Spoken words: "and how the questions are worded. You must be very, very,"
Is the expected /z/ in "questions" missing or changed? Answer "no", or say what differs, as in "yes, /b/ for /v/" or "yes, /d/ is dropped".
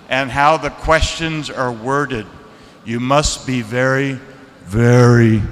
no